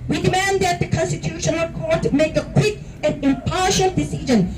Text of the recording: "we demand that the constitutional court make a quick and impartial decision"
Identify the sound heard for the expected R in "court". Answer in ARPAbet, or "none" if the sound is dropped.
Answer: R